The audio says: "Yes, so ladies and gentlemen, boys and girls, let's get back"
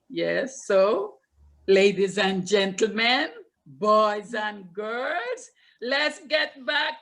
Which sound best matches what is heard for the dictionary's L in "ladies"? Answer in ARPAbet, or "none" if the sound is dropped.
L